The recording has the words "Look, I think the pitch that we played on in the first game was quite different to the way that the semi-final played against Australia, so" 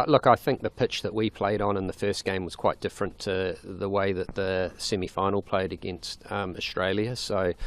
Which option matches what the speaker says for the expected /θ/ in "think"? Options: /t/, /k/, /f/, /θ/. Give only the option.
/θ/